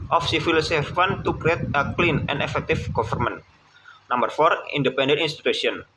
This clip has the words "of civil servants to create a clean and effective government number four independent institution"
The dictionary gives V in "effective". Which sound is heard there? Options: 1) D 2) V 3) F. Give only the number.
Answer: 3